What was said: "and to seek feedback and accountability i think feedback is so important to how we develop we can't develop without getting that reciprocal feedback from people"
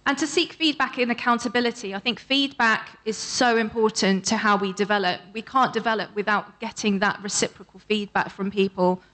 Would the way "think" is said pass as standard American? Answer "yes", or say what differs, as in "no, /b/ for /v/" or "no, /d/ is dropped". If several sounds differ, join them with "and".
yes